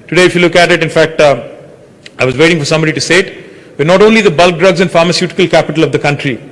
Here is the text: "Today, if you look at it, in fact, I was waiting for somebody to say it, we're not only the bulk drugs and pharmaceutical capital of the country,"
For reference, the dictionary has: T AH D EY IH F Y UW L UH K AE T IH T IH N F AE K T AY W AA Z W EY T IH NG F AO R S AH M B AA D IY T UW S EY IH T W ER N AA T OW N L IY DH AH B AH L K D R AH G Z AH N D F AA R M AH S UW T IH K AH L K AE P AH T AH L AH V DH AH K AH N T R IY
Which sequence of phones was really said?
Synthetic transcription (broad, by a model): T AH D EY IH F Y UW L UH K AE T IH T IH N F AE K T AY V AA Z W EY T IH NG F AO R S AH M B AA D IY T UW S EY IH T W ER N AA T OW N L IY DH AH B AH L K D R AH G Z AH N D F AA R M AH S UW T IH K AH L K AE P AH T AH L AH V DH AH K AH N T R IY